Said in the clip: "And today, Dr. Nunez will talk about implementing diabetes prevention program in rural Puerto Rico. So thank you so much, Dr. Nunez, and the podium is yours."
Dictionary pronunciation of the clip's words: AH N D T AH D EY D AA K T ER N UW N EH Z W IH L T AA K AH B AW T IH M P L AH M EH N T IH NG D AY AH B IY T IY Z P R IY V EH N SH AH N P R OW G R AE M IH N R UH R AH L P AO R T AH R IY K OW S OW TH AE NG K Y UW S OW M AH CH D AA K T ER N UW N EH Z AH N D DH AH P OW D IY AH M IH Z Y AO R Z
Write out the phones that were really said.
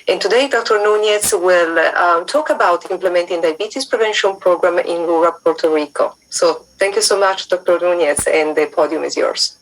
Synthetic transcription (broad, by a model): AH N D T AH D EY D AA K T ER N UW N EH S W IH L T AA K AH B AW T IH M P L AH M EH N T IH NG D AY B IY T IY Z P R IY V EH N SH AH N P R OW G R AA M IH N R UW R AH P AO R T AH R IY K OW S OW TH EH NG K Y UW S OW M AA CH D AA K T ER N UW N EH S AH N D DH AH P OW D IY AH M IH Z Y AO R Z